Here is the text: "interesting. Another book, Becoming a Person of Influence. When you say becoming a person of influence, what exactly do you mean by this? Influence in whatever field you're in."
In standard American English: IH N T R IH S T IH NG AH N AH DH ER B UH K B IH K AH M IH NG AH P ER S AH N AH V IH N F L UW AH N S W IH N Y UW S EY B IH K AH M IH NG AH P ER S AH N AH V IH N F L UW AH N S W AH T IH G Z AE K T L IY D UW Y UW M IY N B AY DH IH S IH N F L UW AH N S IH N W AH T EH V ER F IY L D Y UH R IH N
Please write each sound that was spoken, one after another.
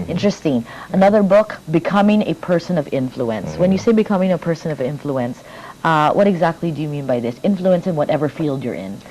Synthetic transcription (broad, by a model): IH N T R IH S T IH NG AH N AH DH ER B UH K B IH K AH M IH NG AH P ER S AH N AH V IH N F L UW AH N S W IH N Y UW S EY B IH K AH M IH NG AH P ER S AH N AH V IH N F L UW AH N S W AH T IH G Z AE K T L IY D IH Y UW M IY N B AY DH IH S IH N F L UW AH N S IH N W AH T EH V ER F IY L D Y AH R IH N